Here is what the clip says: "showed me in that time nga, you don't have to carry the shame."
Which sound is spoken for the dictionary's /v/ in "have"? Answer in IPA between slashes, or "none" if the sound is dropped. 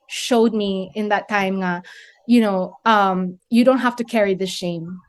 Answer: /f/